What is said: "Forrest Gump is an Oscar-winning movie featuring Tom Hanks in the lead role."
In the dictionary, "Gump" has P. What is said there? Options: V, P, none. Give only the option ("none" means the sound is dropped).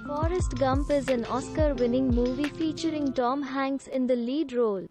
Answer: P